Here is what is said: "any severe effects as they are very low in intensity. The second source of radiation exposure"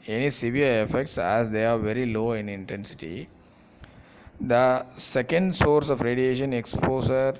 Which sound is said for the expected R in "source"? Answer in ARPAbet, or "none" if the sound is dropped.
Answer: R